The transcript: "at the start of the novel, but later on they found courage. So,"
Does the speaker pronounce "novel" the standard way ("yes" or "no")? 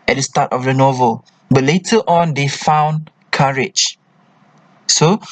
yes